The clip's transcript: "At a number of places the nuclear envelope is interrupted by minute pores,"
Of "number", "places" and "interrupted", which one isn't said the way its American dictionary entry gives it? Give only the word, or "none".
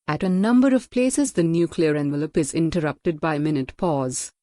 none